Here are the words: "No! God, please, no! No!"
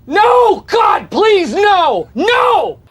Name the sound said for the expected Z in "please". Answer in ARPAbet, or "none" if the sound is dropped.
Z